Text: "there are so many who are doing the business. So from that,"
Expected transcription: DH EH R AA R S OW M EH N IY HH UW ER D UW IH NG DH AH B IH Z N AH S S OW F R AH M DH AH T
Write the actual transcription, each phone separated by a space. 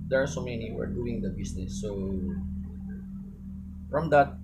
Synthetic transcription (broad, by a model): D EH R AA R S OW M EH N IY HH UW ER D UW IH NG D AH B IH S N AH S S OW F R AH M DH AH T